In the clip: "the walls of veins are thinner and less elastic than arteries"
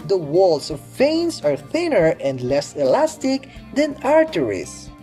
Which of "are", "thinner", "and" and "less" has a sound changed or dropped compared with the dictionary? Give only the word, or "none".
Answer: none